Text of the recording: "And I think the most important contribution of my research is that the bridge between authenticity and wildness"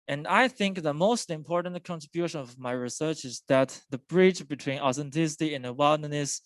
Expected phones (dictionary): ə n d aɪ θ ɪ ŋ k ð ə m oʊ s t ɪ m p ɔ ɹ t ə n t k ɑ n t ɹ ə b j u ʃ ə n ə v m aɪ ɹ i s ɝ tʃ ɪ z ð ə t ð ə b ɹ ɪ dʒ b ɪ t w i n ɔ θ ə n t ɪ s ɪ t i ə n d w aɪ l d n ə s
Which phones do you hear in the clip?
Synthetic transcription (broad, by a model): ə n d aɪ θ ɪ ŋ k ð ə m oʊ s t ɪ m p ɔ ɹ t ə n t k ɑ n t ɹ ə b j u ʃ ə n ə v m aɪ ɹ i s ɝ tʃ ɪ z ð ə t ð ə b ɹ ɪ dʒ b ɪ t w i n ɔ θ ə n t ɪ s ɪ t i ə n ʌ w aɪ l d n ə s